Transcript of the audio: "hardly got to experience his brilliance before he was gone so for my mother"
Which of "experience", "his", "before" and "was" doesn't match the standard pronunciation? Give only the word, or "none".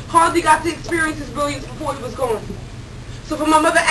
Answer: none